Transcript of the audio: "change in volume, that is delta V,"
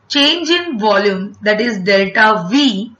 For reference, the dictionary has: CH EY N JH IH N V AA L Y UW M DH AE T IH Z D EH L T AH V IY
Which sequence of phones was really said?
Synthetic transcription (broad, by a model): CH EY N JH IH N V AA L Y UW M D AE T IH Z D EH L T AH V IY